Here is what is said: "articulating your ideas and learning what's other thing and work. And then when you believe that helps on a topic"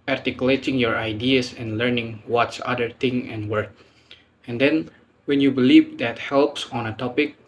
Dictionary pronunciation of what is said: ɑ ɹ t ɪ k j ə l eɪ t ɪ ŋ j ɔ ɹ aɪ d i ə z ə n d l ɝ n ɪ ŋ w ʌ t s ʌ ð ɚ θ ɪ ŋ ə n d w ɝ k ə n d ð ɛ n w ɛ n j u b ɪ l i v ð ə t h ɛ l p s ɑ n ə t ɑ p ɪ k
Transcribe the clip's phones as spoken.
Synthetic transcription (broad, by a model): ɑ ɹ t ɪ k j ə l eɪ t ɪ ŋ j ɔ ɹ aɪ d i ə s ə n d l ɝ n ɪ ŋ w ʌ t s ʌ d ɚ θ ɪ ŋ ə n w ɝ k ə n d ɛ n w ɛ n j u b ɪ l i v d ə t h ɛ l p s ɑ n ə t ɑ p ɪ k